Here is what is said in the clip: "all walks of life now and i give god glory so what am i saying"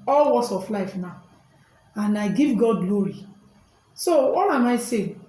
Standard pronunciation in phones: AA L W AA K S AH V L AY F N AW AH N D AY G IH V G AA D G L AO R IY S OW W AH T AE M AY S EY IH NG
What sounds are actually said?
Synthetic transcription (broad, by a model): AA L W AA S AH F L AY F N AW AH N AY G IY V G AA D G L AO R IY S OW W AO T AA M AY S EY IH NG